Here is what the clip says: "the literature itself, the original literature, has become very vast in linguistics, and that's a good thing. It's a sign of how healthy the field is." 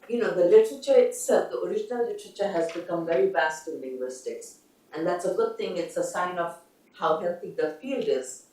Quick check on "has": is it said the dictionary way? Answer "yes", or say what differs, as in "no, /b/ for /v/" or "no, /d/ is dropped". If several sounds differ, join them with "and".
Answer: yes